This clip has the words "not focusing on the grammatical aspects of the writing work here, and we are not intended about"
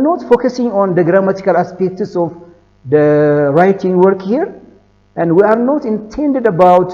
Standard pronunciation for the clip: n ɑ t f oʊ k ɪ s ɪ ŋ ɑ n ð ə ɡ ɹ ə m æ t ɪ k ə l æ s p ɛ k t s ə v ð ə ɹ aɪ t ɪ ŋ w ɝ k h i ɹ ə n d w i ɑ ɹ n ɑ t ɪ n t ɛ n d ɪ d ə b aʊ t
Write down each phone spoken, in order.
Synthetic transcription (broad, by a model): n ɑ t f oʊ k ɪ s ɪ ŋ ɑ n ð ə ɡ ɹ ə m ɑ t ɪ k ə l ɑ s p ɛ k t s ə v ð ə ɹ aɪ t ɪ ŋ w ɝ k h i ɹ ə n d w i ɑ ɹ n ɑ t ɪ n t ɛ n d ɪ d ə b aʊ t